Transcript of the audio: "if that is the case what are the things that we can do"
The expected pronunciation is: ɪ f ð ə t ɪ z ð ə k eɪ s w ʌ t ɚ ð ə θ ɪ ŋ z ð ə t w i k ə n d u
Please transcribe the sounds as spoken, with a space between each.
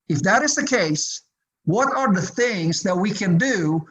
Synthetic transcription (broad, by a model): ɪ f ð ə t ɪ z ð ə k eɪ s w ʌ t ɚ ð ə θ ɪ ŋ z ð ə t w i k ə n d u